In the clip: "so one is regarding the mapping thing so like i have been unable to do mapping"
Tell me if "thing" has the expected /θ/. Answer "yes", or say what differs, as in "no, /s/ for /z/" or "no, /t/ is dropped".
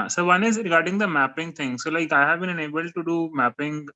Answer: no, /t/ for /θ/